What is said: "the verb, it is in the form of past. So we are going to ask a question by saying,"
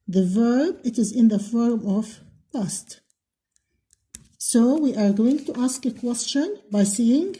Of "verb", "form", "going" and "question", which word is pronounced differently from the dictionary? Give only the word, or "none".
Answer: none